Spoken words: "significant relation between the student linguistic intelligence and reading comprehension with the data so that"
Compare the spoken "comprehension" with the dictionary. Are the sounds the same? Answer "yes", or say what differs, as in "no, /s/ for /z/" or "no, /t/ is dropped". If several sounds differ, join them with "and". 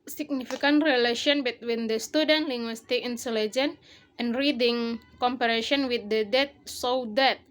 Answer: no, /ɹ/ is dropped and /n/ is dropped